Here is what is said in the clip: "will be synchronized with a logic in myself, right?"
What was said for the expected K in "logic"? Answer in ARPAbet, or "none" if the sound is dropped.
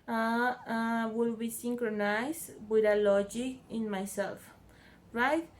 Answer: none